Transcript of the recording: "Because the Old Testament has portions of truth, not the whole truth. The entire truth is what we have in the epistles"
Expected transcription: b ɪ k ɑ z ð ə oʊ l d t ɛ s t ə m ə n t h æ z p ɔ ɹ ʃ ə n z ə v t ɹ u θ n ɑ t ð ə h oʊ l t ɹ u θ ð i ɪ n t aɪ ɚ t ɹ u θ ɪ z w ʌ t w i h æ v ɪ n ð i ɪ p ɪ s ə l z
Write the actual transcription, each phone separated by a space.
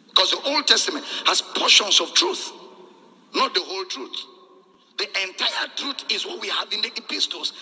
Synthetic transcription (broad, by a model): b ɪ k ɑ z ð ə oʊ l d t ɛ s t ə m ə n t h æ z p ɔ ʃ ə n s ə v t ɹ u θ n ɑ t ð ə h oʊ l t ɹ u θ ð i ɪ n t aɪ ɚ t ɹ u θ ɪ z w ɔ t w i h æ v ɪ n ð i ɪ p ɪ s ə l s